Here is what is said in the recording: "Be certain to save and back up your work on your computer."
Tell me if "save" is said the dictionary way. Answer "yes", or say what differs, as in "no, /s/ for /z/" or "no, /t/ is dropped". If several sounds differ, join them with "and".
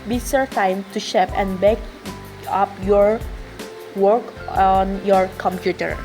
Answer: no, /ʃ/ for /s/ and /p/ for /v/